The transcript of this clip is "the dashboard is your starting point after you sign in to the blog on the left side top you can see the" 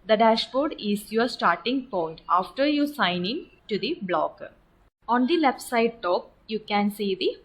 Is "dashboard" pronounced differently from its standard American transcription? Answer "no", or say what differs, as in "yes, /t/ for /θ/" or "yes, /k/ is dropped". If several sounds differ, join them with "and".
no